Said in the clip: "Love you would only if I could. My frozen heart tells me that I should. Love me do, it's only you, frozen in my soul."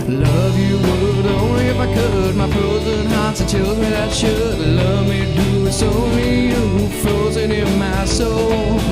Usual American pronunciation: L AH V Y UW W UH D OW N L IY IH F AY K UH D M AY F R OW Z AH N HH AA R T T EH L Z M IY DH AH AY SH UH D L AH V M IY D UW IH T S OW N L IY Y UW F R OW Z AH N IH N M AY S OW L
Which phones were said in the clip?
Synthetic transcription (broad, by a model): L AH V Y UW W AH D OW N L IY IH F AY K UH D M AY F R OW Z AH N HH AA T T T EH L M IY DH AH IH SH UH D L AH V M IY D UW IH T S OW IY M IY F R OW Z AH N IH N M AY S OW L